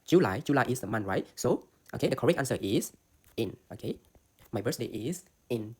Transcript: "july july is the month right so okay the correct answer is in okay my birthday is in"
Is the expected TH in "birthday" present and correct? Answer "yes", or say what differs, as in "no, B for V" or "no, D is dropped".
no, S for TH